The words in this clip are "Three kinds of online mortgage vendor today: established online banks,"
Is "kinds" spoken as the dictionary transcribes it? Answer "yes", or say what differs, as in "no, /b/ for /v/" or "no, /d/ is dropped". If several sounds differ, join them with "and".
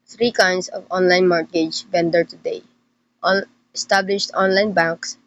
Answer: no, /s/ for /z/